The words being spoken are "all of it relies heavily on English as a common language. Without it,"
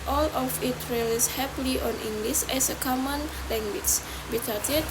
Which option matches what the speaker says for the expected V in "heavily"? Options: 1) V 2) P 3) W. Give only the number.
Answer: 2